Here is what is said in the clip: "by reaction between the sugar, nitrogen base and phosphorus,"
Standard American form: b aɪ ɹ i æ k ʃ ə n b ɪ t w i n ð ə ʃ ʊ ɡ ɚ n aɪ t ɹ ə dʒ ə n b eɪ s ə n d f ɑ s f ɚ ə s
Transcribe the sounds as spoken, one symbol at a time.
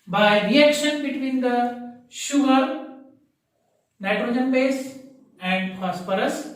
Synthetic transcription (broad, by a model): b aɪ ɹ i æ k ʃ ə n b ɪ t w i n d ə ʃ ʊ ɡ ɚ n aɪ t ɹ ə dʒ ə n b eɪ s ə n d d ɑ s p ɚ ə s